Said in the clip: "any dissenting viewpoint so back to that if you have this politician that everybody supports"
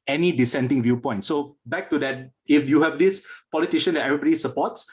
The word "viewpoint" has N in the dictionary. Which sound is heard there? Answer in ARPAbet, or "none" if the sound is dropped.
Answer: N